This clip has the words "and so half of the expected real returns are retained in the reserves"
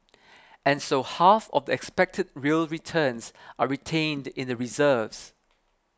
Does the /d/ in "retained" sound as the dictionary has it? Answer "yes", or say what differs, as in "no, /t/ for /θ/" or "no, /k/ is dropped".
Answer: yes